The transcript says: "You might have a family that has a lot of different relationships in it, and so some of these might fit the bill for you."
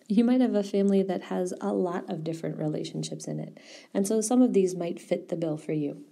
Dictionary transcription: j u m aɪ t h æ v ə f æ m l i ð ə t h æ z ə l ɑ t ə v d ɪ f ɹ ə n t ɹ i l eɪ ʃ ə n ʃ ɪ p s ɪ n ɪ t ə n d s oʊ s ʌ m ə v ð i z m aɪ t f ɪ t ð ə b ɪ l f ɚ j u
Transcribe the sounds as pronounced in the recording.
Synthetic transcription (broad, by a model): j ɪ m aɪ t h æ v ə f æ m l i ð ə t h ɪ z ə l ɑ t ə v d ɪ f ɹ ə n t ɹ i l eɪ ʃ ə n ʃ ɪ p s ɪ n ɪ t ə n s oʊ s ʌ m ə v ð i z m aɪ t f ɪ t ð ə b ɪ l f ɚ j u